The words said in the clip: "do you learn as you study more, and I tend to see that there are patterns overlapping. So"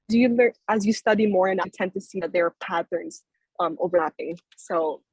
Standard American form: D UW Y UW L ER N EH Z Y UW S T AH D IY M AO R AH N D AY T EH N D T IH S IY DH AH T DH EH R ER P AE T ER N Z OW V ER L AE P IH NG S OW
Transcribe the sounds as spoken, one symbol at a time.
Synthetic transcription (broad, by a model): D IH Y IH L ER IH Z Y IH S T AH D IY M AO R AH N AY T EH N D T IH S IY DH AH T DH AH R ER P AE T ER N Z OW V ER L AE P IH NG S OW